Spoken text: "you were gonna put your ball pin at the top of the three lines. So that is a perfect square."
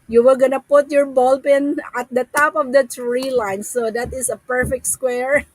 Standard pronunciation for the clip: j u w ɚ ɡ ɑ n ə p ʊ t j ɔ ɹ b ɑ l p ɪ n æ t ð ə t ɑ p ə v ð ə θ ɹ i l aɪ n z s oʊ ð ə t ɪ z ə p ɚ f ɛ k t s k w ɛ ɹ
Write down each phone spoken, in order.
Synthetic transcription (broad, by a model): j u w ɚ ɡ ɑ n ə p ʊ t j ɔ ɹ b ɑ l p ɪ n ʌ t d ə t ɑ p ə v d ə t ɹ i l aɪ n s oʊ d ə t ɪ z ə p ɚ f ɛ k t s k w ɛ ɹ